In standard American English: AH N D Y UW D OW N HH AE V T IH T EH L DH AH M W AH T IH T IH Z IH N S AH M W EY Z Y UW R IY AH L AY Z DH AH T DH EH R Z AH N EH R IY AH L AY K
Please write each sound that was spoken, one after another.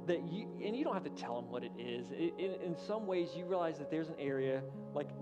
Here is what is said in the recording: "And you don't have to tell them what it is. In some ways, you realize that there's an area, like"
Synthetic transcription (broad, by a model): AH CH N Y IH D OW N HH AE F T IH T EH L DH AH M W AH T IH T IH Z IH N S AH M W EY Z Y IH R IY AH L AY Z DH AH T DH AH R Z AH N EH R IY AH L AY K